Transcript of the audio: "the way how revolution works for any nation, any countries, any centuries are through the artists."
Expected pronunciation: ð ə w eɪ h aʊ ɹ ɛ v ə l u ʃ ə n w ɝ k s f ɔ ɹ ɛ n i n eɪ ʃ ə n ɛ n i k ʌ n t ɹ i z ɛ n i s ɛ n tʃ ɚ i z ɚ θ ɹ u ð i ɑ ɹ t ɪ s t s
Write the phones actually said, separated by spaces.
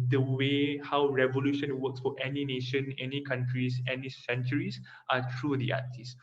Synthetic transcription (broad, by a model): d ə w eɪ h aʊ ɹ ɛ v ə l u ʃ ə n w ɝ k s f ɔ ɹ ɛ n i n eɪ ʃ ə n ɛ n i k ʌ n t ɹ i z ɛ n i s ɛ n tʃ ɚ i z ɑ t ɹ u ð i ɑ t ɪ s s